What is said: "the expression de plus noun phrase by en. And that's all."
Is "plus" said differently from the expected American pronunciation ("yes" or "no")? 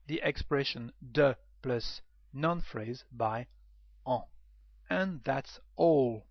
no